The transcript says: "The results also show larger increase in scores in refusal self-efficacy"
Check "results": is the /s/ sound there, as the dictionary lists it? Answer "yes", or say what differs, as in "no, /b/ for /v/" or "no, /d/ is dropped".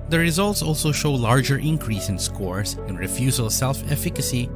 yes